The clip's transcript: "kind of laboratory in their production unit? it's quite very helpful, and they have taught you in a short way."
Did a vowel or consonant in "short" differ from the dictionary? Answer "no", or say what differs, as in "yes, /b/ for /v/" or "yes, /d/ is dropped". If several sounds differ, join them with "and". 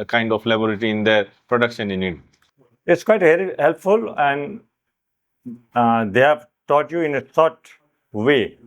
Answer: yes, /s/ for /ʃ/